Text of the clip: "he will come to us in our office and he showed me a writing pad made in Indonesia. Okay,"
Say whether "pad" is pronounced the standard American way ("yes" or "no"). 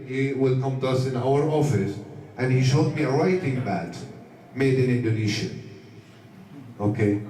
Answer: no